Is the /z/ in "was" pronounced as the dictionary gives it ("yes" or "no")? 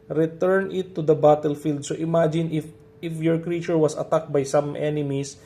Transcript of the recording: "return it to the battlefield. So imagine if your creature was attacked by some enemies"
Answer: no